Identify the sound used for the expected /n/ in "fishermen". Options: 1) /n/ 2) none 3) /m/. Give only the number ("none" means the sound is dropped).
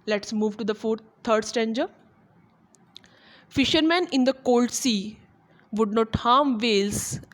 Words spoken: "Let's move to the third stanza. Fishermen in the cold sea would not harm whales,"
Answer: 1